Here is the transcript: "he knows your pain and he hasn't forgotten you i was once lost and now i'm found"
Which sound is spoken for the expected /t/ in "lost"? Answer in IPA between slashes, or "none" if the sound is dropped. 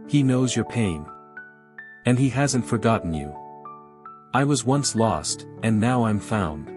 /t/